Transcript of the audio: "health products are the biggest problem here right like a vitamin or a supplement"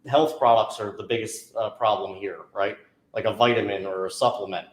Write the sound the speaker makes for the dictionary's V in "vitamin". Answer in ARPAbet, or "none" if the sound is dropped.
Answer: V